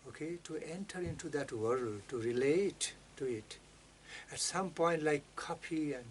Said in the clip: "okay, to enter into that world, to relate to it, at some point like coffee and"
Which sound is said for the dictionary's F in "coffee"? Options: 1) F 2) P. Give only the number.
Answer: 2